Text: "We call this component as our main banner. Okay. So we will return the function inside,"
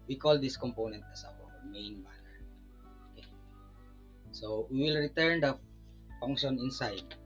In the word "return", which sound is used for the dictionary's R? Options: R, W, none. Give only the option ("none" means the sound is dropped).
R